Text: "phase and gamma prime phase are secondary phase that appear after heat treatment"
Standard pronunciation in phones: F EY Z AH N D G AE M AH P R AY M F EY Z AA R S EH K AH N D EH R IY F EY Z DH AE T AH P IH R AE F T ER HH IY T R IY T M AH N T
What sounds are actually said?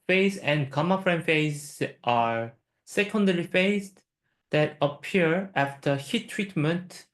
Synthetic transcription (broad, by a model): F EY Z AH N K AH M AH F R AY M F EY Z AA R S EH K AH N D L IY F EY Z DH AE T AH P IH R AE F T ER HH IY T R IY T M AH N T